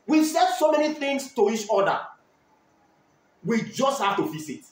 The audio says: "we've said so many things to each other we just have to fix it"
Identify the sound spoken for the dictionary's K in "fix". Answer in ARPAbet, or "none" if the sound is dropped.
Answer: none